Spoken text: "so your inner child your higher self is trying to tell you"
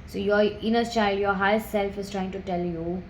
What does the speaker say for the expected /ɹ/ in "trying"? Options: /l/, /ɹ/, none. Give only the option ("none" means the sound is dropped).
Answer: /ɹ/